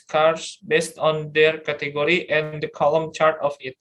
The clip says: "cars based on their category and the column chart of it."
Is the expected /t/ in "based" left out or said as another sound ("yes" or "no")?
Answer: no